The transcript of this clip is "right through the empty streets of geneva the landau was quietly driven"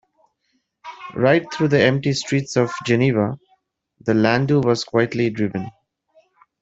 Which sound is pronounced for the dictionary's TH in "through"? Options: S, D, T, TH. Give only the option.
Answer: T